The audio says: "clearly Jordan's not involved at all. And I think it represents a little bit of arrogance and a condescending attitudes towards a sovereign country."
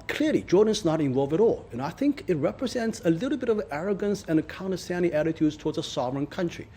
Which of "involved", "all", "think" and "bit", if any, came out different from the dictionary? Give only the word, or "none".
involved